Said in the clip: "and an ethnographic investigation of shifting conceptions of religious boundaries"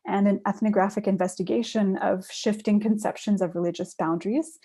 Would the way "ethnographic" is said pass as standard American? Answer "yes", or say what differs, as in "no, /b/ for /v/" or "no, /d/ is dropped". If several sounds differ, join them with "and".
yes